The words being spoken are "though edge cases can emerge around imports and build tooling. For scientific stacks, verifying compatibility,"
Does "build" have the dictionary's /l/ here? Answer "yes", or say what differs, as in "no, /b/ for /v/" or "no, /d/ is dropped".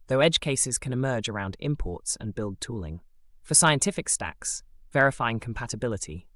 yes